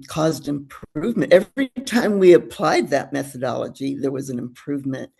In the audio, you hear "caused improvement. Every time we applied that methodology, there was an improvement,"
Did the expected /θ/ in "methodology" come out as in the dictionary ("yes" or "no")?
yes